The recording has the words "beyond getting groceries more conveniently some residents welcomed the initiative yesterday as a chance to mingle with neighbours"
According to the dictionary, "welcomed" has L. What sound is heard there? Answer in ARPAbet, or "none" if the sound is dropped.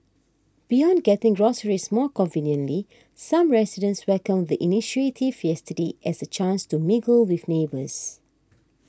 none